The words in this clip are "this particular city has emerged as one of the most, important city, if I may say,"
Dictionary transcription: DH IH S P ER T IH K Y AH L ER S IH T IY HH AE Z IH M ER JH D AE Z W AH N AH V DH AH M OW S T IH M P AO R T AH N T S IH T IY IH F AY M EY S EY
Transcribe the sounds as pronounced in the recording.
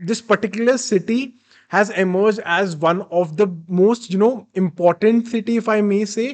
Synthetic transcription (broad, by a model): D IH S P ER T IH K Y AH L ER S IH T IY HH AE Z IH M ER JH D AE Z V AH N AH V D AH M OW S T IH M P AO R T AH N T S IH T IY IH F AY M EY S EY